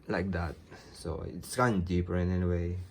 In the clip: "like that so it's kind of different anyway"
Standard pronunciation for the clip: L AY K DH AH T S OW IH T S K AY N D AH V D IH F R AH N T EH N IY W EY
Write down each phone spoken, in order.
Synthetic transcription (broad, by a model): L AY K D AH T S OW IH T S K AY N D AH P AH R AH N EH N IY W EY